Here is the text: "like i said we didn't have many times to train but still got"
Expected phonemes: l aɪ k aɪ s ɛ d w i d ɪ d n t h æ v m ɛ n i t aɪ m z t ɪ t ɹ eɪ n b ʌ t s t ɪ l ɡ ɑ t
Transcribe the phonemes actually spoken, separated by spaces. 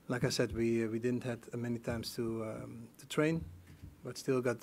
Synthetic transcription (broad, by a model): l aɪ k aɪ s ɛ d w i d ɪ d n t h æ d m ɛ n i t aɪ m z t ɪ t ɹ eɪ n b ʌ t s t ɪ l ɡ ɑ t